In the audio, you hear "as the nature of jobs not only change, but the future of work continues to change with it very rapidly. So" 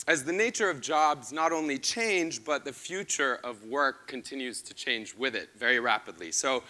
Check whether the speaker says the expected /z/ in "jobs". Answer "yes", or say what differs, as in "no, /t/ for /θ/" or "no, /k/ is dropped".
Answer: yes